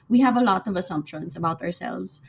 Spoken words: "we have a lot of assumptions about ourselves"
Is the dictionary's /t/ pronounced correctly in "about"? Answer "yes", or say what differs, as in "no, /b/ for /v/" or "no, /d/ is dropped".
yes